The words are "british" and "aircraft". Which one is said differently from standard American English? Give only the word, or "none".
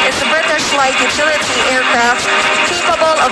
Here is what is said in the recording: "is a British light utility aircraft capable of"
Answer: british